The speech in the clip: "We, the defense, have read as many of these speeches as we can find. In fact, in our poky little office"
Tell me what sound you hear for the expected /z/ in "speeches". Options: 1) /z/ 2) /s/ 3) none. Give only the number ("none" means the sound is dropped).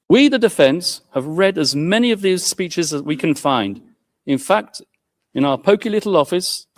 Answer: 1